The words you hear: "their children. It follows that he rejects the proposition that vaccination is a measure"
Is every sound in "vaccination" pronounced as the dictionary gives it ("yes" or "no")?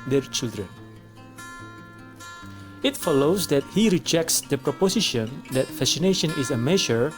no